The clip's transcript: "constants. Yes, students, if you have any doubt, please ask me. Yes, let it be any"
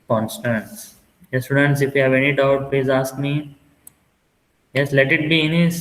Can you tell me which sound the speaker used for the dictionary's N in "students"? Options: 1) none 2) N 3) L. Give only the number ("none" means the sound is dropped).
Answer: 2